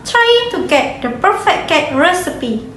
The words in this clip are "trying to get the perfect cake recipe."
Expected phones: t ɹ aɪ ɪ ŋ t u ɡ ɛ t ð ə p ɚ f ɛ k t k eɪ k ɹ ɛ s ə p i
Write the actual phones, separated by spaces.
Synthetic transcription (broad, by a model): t ɹ aɪ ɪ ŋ t u ɡ ɛ t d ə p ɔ f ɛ t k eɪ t ɹ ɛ s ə p i